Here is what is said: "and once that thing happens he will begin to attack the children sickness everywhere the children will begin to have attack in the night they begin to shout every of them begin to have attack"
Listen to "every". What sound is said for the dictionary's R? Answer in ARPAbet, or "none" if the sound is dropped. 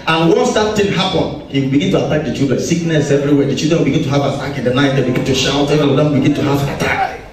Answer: none